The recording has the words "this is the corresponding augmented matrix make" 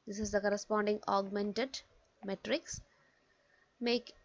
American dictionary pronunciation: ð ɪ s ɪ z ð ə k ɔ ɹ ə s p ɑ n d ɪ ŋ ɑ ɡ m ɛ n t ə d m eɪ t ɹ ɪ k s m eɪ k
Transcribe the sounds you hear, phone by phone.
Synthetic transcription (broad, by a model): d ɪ s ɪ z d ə k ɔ ɹ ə s p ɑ n d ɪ ŋ ɑ ɡ m ɛ n t ə d m eɪ t ɹ ɪ k s m eɪ k